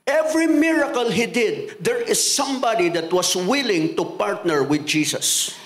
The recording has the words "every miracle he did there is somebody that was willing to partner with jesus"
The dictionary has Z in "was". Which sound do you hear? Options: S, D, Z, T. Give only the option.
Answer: S